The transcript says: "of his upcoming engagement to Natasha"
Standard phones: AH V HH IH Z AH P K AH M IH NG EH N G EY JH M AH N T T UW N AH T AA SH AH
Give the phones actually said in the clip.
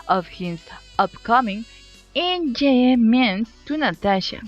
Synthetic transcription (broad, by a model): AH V HH IH Z AH P K AH M IH NG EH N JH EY M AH N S T UW N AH T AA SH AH